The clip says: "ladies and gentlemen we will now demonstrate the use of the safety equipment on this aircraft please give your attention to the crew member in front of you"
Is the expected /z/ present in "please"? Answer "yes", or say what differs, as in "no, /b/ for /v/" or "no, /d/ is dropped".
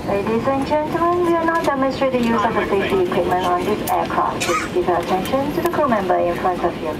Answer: no, /s/ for /z/